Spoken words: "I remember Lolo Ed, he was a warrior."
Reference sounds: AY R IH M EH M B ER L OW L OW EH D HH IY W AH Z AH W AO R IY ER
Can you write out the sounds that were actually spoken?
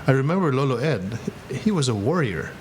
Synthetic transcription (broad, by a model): AY R IH M EH M B ER L OW L OW EH D HH IY W AH Z AH W AO R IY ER